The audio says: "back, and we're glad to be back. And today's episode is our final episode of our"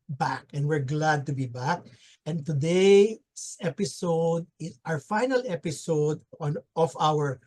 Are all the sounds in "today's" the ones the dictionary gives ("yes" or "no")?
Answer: no